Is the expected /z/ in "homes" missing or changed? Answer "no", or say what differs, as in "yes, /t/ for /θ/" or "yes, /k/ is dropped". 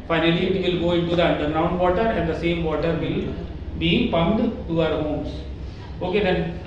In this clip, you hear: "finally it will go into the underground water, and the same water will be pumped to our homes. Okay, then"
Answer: yes, /s/ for /z/